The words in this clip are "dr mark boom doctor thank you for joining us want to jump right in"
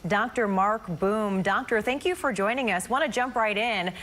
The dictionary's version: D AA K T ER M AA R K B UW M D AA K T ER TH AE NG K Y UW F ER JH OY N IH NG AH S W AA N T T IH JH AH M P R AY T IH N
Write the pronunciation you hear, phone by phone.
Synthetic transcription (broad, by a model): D AA K T ER M AA R K B UW M D AA K T ER TH AE NG K Y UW F ER JH OY N IH NG AH S W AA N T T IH JH AH M P R AY T IH N